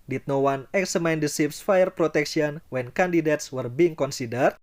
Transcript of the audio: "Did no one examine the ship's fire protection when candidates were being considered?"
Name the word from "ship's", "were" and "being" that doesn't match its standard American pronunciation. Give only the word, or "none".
ship's